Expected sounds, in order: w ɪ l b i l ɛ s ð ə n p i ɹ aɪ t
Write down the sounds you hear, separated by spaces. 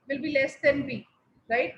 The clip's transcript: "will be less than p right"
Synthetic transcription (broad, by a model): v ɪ l b i l ɛ s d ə n b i ɹ aɪ t